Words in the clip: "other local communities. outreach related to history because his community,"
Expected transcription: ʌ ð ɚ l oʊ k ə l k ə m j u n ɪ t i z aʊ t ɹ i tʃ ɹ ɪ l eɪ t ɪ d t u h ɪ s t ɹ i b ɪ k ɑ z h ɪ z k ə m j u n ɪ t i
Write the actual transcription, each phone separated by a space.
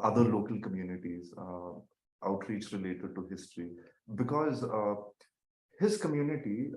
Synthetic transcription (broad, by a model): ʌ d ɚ l oʊ k ə l k ə m j u n ɪ t i z aʊ t ɹ i tʃ ɹ ɪ l eɪ t ɪ d t u h ɪ s t ɹ i b ɪ k ɑ z h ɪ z k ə m j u n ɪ t i